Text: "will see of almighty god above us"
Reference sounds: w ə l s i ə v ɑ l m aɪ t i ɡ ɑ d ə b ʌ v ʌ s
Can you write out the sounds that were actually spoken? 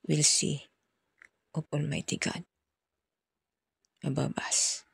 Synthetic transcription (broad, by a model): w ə l s i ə p ɑ l m aɪ t i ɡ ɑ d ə b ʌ b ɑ s